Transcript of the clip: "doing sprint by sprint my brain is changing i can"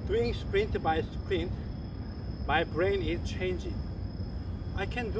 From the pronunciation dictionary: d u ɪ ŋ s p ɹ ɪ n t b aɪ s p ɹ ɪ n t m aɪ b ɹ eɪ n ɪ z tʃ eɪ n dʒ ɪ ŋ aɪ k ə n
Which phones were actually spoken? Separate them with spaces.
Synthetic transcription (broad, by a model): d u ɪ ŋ s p ɹ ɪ n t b aɪ s p ɹ ɪ n t m aɪ b ɹ eɪ n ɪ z tʃ eɪ n dʒ ɪ ŋ aɪ k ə n